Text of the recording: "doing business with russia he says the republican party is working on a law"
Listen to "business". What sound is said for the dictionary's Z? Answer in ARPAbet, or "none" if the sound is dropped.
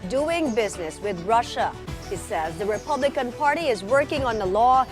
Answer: Z